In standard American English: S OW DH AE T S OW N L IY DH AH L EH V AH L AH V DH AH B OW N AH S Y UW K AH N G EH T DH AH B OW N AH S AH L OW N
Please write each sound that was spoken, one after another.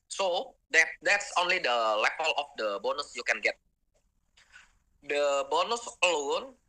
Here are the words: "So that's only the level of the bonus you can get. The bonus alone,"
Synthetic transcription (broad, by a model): S OW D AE T S OW N L IY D AH L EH P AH L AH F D AH B OW N AH S Y UW K AH N G EH T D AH B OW N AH S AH L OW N